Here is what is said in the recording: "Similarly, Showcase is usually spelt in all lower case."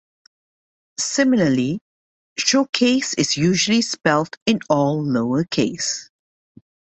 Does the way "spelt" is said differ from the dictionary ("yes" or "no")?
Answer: no